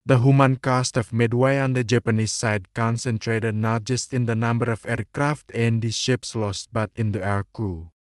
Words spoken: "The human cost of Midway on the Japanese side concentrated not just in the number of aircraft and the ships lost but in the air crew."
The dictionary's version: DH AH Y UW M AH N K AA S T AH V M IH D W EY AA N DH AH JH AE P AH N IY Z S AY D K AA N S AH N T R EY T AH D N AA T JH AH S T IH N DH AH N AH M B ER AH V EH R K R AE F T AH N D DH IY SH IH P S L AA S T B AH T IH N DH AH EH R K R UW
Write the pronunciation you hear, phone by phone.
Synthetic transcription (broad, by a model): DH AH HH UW M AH N K AA S T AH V M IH D W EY AA N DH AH JH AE P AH N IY S AY D K AA N S AH N T R EY T AH D N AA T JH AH S T IH N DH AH N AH M B ER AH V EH R K R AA F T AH N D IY SH IH P S L AA S T B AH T IH N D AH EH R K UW